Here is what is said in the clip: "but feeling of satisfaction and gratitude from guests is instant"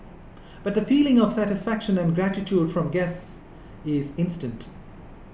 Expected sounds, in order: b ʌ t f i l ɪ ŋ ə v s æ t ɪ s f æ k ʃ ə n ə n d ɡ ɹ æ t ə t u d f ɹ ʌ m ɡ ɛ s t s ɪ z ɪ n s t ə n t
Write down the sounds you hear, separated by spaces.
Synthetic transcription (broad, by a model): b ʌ t f i l ɪ ŋ ə v s æ t ɪ s f æ k ʃ ə n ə n ɡ ɹ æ t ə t u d f ɹ ʌ m ɡ ɛ s t s ɪ z ɪ n s t ə n t